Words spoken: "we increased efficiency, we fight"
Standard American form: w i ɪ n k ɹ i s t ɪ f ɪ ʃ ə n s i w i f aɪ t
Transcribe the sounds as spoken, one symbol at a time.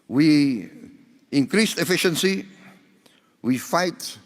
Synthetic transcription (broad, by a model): w i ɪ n k ɹ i s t ɪ f ɪ ʃ ə n s i w i f aɪ t